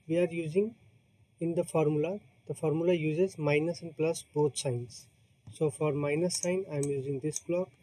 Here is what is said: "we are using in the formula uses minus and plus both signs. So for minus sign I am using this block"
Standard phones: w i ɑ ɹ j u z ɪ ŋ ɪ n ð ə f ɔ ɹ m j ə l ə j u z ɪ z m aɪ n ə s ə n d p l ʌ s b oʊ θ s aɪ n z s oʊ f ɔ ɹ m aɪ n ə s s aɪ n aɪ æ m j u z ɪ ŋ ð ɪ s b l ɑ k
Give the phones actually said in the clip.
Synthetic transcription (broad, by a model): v i ɑ ɹ j u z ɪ ŋ ɪ n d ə f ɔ ɹ m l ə l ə j u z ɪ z m aɪ n ə s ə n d p l ʌ s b oʊ t s aɪ n s oʊ f ɔ ɹ m aɪ n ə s s aɪ n aɪ m j u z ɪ ŋ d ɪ s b l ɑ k